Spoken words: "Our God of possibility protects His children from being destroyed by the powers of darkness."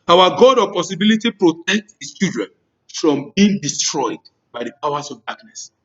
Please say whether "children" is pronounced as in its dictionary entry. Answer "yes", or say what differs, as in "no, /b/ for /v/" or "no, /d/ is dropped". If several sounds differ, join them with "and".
no, /l/ is dropped